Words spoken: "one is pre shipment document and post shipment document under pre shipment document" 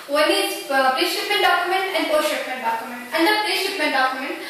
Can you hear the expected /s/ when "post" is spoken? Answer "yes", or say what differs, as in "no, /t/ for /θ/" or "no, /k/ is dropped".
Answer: no, /s/ is dropped